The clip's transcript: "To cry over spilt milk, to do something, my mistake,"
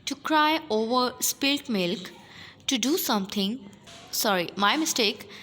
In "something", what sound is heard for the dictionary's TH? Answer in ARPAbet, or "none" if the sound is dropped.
T